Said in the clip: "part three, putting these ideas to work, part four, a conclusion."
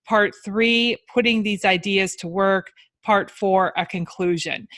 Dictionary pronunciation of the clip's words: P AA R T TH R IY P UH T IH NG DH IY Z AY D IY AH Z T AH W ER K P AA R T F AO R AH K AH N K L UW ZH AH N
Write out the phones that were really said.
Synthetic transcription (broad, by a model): P AA R T TH R IY P UH T IH NG DH IY Z AY D IY AH Z T AH W ER K P AA R T F AO R AH K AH N K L UW ZH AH N